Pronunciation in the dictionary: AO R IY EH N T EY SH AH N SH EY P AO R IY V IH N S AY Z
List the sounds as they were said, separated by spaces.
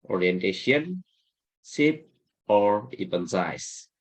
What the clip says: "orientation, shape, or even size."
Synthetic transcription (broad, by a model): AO R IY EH N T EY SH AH N S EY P AO R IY P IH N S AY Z